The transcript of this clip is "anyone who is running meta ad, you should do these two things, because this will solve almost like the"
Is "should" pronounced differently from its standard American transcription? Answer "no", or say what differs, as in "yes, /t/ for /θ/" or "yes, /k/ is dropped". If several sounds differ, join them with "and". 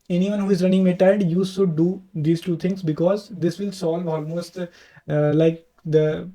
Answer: yes, /s/ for /ʃ/